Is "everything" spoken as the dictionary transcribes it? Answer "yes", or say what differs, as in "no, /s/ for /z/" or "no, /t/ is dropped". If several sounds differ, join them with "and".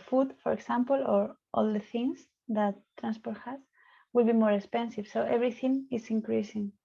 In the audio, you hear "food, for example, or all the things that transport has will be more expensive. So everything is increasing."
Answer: no, /b/ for /v/